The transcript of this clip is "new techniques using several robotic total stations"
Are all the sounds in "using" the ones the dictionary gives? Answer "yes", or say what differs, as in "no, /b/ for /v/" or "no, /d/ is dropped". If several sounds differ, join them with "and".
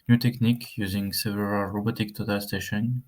yes